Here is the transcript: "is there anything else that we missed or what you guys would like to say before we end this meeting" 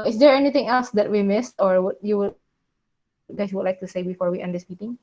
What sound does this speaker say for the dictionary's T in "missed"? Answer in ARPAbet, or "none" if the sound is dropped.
T